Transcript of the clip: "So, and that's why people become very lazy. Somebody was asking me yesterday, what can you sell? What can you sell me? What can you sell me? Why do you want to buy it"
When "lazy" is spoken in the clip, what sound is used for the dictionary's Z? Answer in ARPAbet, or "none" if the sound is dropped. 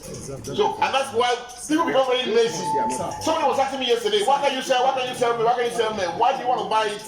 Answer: S